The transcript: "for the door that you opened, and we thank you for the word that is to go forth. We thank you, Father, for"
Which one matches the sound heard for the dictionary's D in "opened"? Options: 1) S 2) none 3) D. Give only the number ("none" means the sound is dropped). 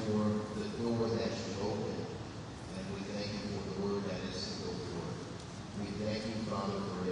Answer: 2